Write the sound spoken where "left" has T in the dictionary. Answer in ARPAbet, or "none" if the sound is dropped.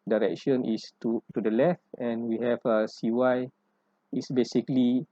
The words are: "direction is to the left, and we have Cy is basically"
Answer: T